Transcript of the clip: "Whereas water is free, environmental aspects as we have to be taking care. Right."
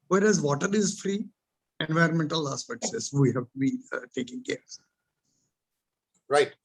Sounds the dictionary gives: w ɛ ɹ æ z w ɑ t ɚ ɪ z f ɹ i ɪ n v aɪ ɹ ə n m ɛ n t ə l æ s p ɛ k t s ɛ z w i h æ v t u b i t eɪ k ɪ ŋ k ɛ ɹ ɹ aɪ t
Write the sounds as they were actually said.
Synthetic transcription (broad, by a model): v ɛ ɹ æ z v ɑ t ɚ ɪ z f ɹ i ɪ n v aɪ ɹ ə n m ɛ n t ə l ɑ s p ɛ t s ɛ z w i h æ v t u b i t eɪ k ɪ ŋ k ɛ ɹ ɹ aɪ t